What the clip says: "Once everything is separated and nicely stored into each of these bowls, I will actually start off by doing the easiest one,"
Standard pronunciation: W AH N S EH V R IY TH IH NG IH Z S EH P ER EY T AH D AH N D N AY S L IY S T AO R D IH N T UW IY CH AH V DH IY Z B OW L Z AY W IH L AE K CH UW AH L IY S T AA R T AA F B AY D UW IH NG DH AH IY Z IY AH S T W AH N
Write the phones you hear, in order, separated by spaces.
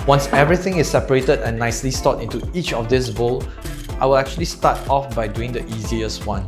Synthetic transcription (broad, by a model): W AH N S EH V R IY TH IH NG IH S EH P ER EY T AH D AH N N AY S L IY S T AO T IH N T UW IY CH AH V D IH S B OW L AY W IH L AE K CH UW AH L IY S T AA T AA F B AY D UW IH NG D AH IY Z IY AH S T W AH N